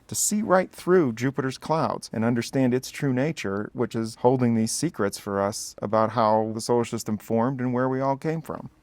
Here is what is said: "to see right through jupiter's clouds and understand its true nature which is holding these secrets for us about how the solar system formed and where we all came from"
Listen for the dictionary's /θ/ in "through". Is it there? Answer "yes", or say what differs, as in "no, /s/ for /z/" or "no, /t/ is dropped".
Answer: yes